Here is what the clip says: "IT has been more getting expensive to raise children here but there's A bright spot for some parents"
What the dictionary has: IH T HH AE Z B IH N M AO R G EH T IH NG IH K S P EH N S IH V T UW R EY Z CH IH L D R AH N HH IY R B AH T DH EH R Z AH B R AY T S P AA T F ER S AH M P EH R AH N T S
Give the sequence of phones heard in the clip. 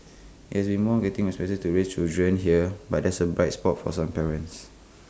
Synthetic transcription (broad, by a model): IH T HH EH S B IH N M AO G EH T IH NG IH S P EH S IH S T UW R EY S CH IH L D R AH N HH IY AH B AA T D EH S AH B R AY T S P AA T F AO S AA M P EH R AH N T S